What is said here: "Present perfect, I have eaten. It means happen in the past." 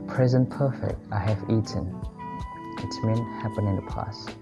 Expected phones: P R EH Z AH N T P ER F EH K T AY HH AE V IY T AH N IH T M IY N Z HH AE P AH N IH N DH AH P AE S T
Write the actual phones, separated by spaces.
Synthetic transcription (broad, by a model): P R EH Z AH N P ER F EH K T AY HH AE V IY T AH N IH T M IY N HH AE P AH N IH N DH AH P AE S